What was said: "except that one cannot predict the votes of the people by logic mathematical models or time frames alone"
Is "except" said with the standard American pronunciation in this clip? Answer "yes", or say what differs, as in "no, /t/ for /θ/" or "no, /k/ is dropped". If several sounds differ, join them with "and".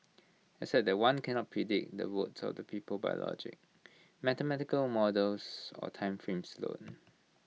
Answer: no, /k/ is dropped